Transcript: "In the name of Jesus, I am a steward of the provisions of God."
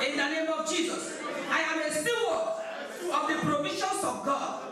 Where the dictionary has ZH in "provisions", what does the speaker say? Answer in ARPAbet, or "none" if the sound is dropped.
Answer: SH